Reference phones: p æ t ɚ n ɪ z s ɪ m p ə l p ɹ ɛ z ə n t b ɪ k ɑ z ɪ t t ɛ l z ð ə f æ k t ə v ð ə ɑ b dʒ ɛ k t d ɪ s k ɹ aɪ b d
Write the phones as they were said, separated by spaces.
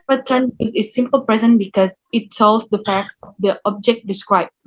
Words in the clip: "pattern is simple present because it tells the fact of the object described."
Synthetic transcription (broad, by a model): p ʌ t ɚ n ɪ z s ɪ m p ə l p ɹ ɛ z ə n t b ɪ k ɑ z ɪ t s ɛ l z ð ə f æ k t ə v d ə ɑ b dʒ ɛ k t d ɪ s k ɹ aɪ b